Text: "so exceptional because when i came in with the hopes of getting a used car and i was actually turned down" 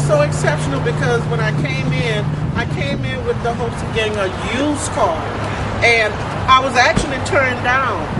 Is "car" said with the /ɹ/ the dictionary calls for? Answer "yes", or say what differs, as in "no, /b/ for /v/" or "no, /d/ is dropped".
no, /l/ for /ɹ/